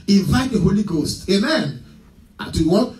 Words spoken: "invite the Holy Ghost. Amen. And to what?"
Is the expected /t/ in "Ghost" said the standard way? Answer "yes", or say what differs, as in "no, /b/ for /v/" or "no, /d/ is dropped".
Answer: yes